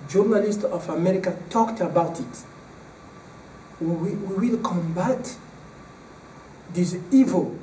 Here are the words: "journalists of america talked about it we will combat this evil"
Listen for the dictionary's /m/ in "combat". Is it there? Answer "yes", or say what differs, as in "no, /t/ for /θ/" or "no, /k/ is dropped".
yes